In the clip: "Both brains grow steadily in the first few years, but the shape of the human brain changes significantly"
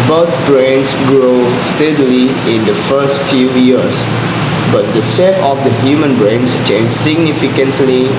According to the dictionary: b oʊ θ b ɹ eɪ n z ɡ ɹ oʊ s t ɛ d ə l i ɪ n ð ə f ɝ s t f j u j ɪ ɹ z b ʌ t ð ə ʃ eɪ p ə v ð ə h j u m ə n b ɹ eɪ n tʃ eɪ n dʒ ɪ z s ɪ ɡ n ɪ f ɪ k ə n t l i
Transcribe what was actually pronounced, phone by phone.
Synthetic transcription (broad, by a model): b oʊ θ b ɹ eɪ n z ɡ ɹ oʊ s t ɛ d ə l i ɪ n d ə f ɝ s t f j u j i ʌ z b ʌ t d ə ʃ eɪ f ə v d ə h j u m ə n b ɹ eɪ n tʃ eɪ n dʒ s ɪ ɡ n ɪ f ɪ k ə n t l i